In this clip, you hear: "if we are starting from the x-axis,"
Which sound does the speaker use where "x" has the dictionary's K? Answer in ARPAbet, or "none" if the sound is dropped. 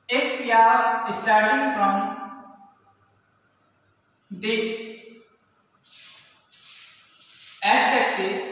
none